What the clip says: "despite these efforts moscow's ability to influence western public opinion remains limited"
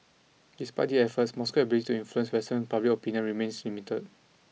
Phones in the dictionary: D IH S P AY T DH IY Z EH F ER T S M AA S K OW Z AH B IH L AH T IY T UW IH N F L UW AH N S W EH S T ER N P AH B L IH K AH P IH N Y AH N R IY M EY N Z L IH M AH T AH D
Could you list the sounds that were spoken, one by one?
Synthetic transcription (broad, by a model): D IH S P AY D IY EH F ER T S M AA S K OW AH B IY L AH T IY T UW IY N F L UW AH N S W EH S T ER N P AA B L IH K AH P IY N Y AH N R IY M EY N S L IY M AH T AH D